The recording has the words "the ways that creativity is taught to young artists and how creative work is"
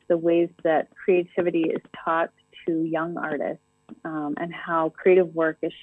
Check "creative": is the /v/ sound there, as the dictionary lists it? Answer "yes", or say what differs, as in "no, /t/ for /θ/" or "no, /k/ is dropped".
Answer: yes